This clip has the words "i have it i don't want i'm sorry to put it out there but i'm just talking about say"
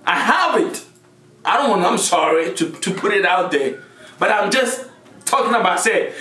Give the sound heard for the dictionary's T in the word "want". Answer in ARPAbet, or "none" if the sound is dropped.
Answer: none